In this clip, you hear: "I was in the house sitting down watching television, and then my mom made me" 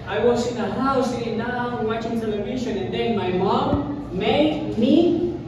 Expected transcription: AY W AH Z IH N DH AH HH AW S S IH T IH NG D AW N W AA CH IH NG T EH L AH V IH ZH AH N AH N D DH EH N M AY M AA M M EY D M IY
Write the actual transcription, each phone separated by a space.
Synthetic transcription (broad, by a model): AY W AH S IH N DH AH HH AW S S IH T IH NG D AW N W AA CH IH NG S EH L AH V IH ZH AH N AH N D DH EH N M AY M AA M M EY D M IY